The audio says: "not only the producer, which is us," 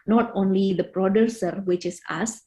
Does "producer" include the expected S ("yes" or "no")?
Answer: yes